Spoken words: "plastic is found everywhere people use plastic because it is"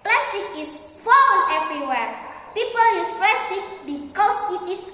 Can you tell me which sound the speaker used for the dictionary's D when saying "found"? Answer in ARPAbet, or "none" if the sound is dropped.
none